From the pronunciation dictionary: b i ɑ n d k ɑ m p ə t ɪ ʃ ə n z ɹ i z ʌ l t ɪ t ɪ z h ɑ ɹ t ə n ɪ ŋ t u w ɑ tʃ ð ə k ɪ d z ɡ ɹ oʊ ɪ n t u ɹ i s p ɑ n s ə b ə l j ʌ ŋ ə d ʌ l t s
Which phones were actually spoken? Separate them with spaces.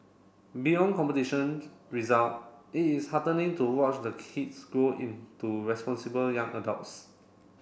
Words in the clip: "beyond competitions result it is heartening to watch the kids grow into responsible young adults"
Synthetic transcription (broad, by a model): b i ɑ n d k ɑ m p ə t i ʃ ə n ɹ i z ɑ l t ɪ t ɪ s h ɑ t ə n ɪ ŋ t u w ɑ tʃ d ə k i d s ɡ oʊ ɪ n t u ɹ i s p ɑ n s ə b ə l j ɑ ŋ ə d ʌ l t s